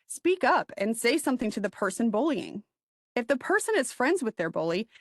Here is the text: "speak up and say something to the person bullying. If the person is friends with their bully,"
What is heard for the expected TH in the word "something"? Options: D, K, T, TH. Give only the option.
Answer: TH